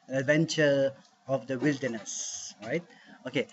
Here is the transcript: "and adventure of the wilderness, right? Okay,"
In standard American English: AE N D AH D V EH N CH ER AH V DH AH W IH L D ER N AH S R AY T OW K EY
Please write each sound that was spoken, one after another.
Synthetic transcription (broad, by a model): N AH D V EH N CH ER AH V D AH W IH L D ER N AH S R AY T OW K EY